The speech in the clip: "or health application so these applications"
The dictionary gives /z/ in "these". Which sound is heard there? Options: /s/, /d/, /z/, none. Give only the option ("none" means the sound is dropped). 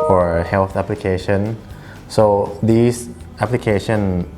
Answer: /s/